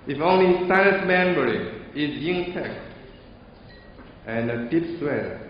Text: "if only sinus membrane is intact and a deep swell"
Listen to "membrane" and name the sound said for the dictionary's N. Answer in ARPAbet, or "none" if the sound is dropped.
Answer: none